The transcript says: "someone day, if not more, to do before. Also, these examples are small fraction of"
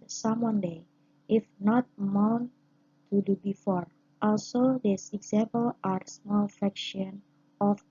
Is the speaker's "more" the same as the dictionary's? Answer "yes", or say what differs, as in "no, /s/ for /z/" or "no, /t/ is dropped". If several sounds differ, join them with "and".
no, /w/ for /ɹ/